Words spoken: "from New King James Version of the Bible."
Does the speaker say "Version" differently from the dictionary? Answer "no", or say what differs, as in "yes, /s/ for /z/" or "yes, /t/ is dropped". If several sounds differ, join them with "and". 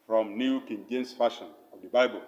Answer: yes, /ʃ/ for /ʒ/